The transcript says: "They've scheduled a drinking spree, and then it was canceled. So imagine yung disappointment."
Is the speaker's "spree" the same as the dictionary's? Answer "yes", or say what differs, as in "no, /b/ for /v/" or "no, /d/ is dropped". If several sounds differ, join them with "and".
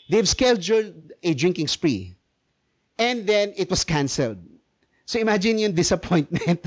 yes